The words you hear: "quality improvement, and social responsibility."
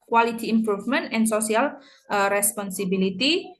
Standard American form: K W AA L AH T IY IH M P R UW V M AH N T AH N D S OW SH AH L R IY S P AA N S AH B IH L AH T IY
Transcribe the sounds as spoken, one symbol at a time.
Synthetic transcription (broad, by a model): K W AA L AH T IY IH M P R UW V M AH N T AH N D S OW S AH L R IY S P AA N S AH B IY L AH T IY